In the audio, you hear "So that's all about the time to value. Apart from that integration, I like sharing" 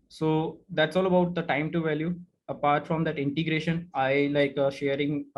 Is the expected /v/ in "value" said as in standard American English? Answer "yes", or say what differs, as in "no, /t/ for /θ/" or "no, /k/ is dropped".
yes